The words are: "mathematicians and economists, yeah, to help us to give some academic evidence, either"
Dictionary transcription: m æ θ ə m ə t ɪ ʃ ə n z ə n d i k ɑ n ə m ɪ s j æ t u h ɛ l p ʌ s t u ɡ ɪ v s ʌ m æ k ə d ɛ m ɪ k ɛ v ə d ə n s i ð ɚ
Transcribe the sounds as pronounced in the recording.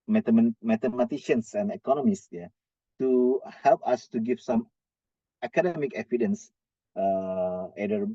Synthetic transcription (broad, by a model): m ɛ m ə m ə t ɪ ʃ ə n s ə n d i k ɑ n ə m ɪ s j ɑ t u h ɛ l p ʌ s t u ɡ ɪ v s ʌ m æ k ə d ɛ m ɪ k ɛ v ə d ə n s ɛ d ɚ